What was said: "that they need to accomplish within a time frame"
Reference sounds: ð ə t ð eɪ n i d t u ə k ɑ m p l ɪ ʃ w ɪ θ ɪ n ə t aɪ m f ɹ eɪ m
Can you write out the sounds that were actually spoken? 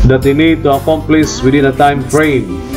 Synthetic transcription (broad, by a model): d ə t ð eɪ n i d t u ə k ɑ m p l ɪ s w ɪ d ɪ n ə t aɪ m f ɹ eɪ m